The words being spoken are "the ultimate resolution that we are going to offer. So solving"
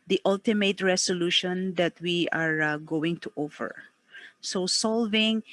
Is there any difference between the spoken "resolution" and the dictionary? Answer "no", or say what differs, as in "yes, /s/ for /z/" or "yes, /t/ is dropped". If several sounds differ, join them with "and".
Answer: yes, /s/ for /z/